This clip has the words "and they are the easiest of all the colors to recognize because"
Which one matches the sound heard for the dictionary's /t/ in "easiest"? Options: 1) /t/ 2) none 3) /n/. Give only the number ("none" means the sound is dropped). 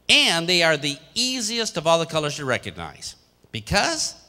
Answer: 1